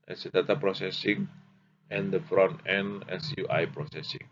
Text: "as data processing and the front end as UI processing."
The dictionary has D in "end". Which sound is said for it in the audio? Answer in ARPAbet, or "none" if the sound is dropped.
none